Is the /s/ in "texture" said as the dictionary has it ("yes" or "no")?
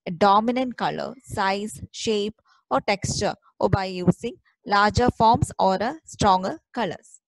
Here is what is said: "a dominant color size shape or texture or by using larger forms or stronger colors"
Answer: yes